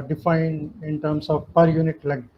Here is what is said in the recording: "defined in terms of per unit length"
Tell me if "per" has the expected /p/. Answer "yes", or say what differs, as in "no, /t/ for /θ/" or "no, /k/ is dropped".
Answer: yes